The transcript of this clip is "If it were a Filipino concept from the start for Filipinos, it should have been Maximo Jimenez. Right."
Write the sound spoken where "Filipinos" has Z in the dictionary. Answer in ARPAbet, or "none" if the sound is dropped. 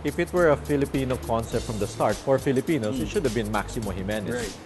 S